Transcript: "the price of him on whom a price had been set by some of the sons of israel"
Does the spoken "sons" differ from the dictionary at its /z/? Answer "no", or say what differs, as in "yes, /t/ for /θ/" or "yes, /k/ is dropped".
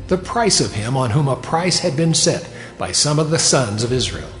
no